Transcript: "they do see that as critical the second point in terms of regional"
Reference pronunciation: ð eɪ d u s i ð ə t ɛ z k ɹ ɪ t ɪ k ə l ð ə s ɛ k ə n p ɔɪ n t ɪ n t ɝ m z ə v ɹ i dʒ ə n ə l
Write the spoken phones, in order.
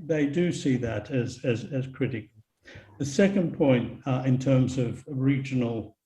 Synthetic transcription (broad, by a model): ð eɪ d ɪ s i ð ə t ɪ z k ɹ ɪ t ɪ k l ð ə s ɛ k ə n p ɔɪ n t ɪ n t ɝ m z ə v ɹ i dʒ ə n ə l